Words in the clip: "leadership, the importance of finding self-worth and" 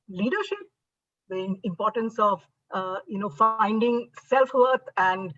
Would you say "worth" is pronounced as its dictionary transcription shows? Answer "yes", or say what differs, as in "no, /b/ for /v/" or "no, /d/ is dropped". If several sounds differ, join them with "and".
no, /t/ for /θ/